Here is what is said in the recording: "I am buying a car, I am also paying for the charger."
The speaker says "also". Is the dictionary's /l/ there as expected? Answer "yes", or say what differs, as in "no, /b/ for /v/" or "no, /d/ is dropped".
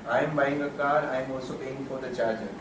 no, /l/ is dropped